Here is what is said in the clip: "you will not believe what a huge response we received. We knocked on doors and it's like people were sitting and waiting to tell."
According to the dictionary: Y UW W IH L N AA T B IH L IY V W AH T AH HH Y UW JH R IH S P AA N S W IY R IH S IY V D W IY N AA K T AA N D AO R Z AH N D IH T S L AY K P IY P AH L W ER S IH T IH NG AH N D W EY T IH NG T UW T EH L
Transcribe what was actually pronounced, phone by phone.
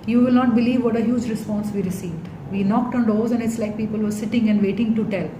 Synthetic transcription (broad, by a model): Y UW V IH L N AA T B IH L IY V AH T AH HH Y UW JH R IH S P AA N S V IY R IH S IY V D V IY N AA K T AA N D AO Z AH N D IH T S L AY K P IY P AH L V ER S IH T IH NG AH N D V EY T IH NG T UW T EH L